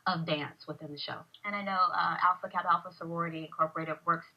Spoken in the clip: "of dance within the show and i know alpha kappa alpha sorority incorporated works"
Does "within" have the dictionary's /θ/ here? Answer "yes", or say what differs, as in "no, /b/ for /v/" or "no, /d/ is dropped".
yes